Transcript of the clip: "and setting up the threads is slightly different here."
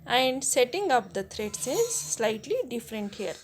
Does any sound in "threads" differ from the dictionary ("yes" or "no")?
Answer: yes